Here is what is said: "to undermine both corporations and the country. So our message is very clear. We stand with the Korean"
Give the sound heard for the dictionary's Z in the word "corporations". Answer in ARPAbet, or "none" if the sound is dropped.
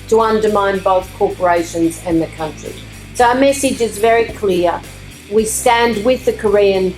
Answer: Z